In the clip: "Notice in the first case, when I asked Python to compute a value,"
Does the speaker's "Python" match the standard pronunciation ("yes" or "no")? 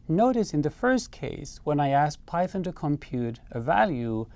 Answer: yes